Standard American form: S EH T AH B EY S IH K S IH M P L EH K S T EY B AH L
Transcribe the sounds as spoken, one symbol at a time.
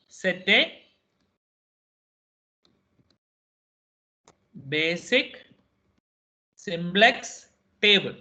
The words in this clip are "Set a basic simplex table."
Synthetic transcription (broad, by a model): S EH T AH B EY S IH K S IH M B L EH K S T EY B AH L